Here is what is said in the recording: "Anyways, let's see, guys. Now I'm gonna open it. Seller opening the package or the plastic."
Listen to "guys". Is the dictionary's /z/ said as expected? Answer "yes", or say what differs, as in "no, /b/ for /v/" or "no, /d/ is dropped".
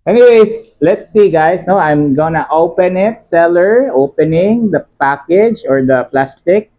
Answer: no, /s/ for /z/